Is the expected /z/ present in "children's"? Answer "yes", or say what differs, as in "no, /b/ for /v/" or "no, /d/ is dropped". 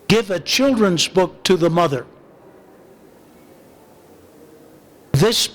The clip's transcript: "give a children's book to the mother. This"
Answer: yes